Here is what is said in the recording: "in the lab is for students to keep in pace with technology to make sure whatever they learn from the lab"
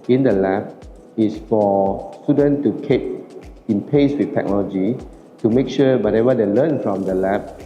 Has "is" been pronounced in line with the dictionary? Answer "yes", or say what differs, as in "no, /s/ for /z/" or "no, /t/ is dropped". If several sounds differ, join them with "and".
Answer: no, /s/ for /z/